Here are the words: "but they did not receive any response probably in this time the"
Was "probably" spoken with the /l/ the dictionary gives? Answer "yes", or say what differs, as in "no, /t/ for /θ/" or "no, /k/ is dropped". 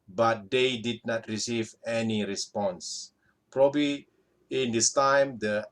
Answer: yes